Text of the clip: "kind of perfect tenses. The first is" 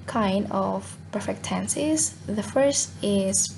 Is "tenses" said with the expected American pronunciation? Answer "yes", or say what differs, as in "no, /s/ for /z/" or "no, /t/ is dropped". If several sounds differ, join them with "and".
yes